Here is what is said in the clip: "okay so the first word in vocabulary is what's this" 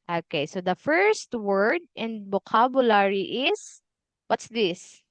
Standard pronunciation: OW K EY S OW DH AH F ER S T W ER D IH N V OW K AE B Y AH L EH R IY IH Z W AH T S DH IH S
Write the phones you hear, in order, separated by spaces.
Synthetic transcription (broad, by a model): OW K EY S OW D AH F ER S T W ER D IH N B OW K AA B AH L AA R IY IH S W AH T S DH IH S